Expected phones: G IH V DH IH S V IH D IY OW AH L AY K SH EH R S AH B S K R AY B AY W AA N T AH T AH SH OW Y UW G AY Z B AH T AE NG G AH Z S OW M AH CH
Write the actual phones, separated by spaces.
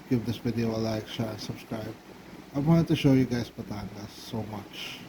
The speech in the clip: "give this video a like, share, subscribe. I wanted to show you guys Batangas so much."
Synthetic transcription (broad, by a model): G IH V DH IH S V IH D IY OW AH L AY K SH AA S AH B S K R AY B AY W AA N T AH T AH SH OW Y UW G AY S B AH T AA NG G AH S OW M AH CH